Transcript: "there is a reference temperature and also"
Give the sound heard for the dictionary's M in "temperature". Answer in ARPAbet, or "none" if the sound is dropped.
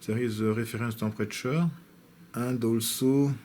none